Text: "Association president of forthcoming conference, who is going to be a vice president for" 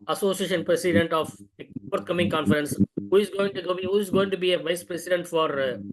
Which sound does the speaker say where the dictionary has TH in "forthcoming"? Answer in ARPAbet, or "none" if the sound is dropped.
T